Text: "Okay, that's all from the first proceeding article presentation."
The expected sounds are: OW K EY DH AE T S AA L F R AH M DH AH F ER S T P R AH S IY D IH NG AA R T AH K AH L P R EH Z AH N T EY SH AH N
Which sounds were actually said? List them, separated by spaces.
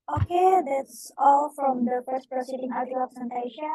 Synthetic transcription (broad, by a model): OW K EY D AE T S AA L F R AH M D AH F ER S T P R AH S IY D IH NG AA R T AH AH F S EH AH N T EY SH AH